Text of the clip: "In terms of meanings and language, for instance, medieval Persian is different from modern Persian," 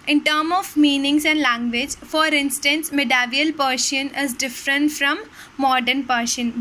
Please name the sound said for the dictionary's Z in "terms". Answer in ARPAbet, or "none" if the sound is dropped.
none